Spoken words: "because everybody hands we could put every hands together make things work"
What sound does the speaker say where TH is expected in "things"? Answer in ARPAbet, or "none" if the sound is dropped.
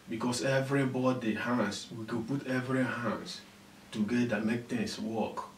T